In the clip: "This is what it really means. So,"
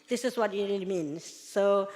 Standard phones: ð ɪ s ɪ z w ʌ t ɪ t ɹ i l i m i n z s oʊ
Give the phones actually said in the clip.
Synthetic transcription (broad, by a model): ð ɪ s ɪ s w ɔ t ɪ t ɹ i l i m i n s oʊ